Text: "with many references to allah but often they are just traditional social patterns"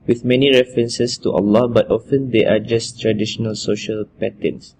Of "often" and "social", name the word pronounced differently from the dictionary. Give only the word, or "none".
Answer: none